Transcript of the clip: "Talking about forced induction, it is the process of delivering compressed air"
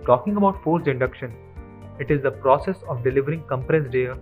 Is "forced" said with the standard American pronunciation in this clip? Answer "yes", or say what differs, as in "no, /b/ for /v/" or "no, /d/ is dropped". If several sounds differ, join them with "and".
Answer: no, /t/ is dropped